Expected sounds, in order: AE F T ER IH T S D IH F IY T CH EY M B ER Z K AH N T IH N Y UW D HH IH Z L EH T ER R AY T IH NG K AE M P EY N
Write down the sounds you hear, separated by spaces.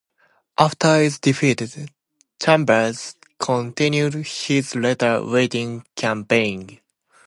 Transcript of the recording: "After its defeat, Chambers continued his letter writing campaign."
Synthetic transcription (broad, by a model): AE F T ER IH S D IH F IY T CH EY M B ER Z K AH N T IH N Y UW D HH IH Z L EH T ER W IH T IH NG K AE M P EY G